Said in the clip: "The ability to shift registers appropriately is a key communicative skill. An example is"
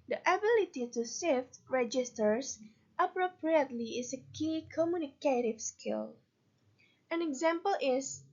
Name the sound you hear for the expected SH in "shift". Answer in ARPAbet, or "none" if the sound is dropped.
S